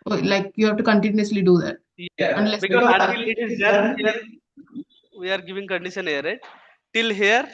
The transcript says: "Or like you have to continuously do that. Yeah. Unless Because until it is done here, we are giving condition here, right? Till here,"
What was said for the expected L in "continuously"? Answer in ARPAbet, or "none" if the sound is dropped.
L